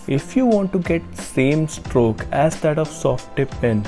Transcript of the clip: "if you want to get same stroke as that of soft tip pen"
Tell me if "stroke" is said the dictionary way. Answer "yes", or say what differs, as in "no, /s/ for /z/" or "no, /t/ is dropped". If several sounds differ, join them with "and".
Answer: yes